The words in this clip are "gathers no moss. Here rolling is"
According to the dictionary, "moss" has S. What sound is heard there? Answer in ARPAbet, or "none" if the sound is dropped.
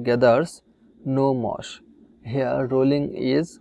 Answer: SH